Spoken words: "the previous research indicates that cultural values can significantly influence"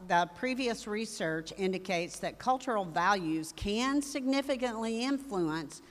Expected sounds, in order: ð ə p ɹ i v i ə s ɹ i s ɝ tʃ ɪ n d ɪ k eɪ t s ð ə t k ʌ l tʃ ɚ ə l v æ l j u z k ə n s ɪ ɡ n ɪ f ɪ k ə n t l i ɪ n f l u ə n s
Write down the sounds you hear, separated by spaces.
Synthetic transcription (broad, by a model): ð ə p ɹ i v i ə s ɹ i s ɝ tʃ ɪ n d ɪ k eɪ t s ð ə t k ʌ l tʃ ɚ l v æ l j u z k ə n s ɪ ɡ n ɪ f ɪ k ə n t l i ɪ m f l u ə n s